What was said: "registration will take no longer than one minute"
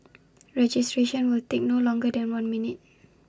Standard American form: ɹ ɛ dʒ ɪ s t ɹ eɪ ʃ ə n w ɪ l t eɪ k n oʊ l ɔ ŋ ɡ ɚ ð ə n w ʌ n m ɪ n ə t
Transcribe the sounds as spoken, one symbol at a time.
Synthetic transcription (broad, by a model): ɹ ɛ dʒ ɪ s t ɹ eɪ ʃ ə n w ɪ l t eɪ k n oʊ l ɔ ŋ ɡ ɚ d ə n w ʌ n m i n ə t